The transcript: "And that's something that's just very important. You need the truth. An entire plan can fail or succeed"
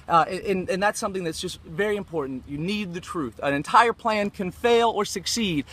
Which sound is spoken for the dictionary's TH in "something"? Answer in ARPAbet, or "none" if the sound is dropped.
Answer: TH